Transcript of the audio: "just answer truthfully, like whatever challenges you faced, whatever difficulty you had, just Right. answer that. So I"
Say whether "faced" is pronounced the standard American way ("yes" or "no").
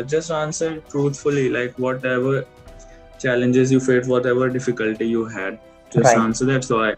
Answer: no